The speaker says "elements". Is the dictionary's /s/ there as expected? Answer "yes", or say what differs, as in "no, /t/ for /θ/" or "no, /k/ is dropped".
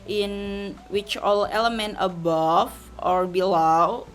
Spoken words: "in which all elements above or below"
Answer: no, /s/ is dropped